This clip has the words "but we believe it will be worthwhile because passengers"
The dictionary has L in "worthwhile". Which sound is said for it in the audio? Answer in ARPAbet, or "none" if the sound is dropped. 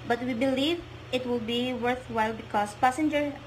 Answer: L